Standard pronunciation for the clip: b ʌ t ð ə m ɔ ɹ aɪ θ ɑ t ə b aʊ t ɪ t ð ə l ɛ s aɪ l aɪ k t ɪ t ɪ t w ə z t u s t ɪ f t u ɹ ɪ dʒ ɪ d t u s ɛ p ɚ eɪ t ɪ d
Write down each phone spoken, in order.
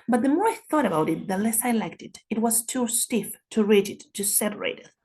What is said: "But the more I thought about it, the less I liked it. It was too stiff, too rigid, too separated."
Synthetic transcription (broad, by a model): b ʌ t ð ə m ɔ ɹ aɪ θ ɑ t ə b aʊ t ɪ t ð ə l ɛ s aɪ l aɪ k t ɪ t ɪ t w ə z t u s t ɪ f t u ɹ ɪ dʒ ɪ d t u s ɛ p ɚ eɪ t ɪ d